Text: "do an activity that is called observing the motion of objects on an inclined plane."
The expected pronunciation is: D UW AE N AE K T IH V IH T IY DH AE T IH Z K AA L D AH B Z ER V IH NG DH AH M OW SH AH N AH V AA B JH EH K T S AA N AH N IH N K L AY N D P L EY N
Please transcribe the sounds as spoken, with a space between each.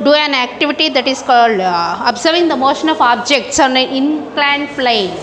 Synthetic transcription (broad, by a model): D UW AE N AE K T IH V IH T IY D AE T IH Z K AA L D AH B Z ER V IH NG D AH M OW SH AH N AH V AA B JH EH K T S AA N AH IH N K L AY N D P L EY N